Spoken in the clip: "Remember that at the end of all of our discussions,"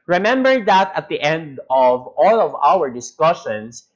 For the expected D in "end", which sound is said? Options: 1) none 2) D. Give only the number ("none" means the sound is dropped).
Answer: 2